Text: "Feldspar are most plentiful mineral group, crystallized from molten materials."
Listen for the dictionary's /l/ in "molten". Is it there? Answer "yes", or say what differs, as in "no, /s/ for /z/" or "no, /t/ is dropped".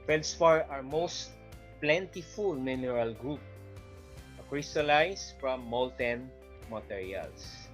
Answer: yes